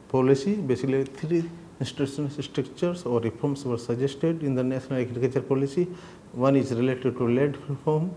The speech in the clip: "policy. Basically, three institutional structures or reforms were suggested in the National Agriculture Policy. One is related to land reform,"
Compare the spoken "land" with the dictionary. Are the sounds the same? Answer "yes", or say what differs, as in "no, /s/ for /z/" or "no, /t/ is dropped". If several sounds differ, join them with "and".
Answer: no, /n/ is dropped